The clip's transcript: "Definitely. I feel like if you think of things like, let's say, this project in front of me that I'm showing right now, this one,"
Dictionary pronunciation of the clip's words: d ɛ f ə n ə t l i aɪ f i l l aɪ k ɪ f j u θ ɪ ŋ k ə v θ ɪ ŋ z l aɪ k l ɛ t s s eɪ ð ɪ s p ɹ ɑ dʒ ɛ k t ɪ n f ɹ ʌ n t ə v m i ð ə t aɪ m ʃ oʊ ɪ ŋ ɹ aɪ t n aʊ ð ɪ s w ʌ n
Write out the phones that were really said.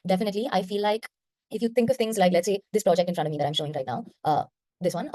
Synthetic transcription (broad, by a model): d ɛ f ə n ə t l i aɪ f i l l aɪ k ɪ f j u t ɪ ŋ k ə v t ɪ ŋ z l aɪ k l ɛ t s s eɪ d ɪ s p ɹ ɑ dʒ ɛ k t ɪ n f ɹ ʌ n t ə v m i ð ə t aɪ m ʃ oʊ ɪ ŋ ɹ aɪ t n aʊ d ɪ s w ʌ n